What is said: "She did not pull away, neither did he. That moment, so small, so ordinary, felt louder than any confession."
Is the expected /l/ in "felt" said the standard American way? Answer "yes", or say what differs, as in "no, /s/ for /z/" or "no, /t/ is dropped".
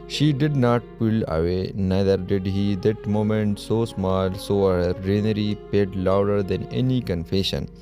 no, /l/ is dropped